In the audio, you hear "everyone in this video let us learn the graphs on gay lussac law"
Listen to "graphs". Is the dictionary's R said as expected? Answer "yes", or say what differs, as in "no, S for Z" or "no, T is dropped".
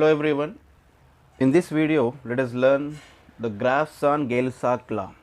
yes